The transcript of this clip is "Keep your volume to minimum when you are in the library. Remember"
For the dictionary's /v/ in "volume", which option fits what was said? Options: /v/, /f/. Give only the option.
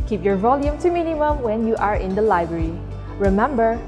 /v/